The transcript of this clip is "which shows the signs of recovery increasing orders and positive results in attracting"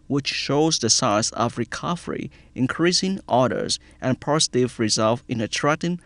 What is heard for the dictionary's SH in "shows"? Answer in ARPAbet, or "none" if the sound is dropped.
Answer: SH